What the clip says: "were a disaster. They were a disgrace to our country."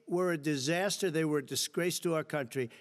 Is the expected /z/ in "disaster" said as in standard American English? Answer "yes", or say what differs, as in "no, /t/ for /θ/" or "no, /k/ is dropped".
yes